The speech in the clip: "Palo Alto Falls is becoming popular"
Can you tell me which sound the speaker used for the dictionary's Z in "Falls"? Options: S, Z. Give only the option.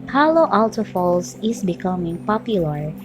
S